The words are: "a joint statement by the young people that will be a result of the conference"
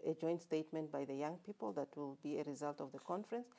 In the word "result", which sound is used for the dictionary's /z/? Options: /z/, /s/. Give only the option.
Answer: /z/